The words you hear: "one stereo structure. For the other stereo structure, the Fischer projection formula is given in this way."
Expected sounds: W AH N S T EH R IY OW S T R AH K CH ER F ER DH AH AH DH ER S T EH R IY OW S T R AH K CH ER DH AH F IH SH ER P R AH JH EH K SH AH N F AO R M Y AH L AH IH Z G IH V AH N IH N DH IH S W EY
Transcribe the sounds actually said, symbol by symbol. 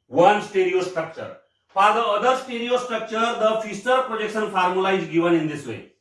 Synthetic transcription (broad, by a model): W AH N S T EH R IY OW S T R AH K CH ER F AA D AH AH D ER S T EH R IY OW S T R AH K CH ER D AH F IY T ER P R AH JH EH K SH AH N P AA R M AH L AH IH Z G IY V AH N IH N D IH S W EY